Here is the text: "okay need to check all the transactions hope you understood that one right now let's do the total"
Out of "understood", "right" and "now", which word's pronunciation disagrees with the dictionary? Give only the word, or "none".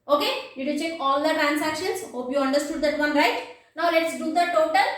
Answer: none